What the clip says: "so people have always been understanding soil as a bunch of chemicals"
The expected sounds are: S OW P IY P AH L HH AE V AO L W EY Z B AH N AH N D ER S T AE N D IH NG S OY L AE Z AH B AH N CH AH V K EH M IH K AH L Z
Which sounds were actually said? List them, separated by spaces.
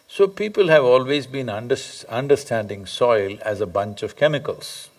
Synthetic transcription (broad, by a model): S OW P IY P AH L HH AE V AO L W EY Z B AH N AH N D ER S T AE N D IH NG S OY L AE Z AH B AH N CH AH V K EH M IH K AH L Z